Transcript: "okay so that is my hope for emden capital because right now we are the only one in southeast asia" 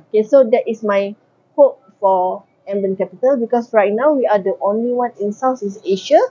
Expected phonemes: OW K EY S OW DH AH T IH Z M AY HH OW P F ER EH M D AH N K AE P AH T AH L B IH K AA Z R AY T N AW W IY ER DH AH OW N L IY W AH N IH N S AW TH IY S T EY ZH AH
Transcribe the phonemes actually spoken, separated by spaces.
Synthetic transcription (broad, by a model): OW K EY S OW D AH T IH S M AY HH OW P F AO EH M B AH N K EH P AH T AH L B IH K AA S R AY T N AW W IY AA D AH OW N L IY W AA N IH N S AW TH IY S EY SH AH